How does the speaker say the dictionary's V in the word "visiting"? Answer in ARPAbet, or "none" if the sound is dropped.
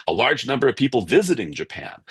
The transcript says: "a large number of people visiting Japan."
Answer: V